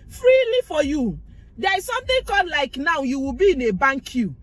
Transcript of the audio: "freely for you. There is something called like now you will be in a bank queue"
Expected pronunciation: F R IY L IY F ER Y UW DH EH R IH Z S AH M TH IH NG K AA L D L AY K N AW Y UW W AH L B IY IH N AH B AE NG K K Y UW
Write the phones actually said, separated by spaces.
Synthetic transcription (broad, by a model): F R IY L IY F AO Y UW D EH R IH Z S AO M T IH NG K AA D L AY K N AW Y UW W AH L B IY IH N AH B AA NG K K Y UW